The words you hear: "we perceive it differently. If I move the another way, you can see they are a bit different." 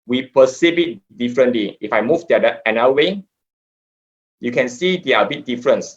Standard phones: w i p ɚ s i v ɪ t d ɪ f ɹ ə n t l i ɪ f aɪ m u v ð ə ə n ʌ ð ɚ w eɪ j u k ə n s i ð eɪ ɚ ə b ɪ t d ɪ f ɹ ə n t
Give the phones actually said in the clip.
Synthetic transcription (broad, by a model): w i p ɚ s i b ɪ t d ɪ f ɹ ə n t l i ɪ f aɪ m u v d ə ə ɛ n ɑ w eɪ j u k ə n s i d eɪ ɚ ə b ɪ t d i f ɹ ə n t